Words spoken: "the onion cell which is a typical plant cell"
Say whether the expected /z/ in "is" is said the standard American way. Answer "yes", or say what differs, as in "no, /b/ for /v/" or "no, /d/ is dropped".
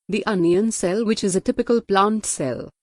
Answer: yes